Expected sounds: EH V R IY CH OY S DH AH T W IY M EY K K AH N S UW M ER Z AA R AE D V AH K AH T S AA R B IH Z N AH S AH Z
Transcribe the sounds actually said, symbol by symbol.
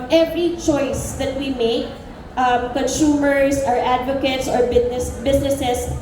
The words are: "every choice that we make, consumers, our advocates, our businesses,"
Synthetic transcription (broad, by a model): EH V R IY CH OY S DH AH T W IY M EY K K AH N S UW M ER S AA R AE D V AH K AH T S AA R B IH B N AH S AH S